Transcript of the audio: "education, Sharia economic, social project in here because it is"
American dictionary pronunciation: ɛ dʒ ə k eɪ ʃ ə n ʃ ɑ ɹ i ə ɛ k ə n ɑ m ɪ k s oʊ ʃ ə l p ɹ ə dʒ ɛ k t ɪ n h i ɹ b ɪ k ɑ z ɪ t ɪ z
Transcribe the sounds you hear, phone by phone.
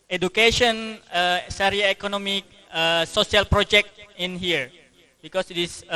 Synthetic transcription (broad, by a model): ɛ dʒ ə k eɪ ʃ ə n s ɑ ɹ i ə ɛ k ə n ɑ m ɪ k s oʊ s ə l p ɹ ə dʒ ɛ k t ɪ n h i ɹ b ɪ k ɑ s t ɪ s